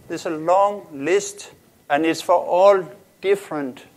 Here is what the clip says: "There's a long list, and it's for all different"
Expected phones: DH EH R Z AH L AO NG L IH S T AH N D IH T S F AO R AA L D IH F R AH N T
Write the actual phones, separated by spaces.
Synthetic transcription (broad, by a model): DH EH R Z AH L AO NG L IH S T AH N D IH T S F AO R AA L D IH F R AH N T